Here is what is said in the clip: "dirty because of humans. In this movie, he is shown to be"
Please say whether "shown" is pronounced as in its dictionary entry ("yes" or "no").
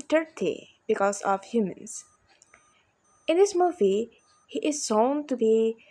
no